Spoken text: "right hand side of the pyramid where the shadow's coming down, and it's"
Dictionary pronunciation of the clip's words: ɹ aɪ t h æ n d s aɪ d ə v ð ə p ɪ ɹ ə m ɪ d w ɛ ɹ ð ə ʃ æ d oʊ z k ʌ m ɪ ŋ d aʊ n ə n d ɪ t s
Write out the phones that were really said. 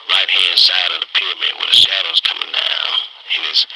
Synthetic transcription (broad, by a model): ɹ aɪ t h æ n d s aɪ d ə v ð ə p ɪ ɹ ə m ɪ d w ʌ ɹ ð ə ʃ æ d oʊ z k ʌ m ɪ ŋ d aʊ ə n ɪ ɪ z